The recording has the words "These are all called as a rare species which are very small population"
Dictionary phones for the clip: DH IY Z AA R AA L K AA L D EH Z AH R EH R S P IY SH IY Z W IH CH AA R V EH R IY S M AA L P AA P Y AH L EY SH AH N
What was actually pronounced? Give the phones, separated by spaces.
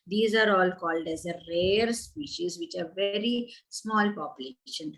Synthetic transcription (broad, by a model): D IY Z AA R AA L K AA L D EH Z AH R EH R S P IY SH IY Z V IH CH AA R V EH R IY S M AA L P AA P Y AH L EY SH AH N